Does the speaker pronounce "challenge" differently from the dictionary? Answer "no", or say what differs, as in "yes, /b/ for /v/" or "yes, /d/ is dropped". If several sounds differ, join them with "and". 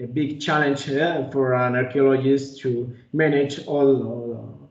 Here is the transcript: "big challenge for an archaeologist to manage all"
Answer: no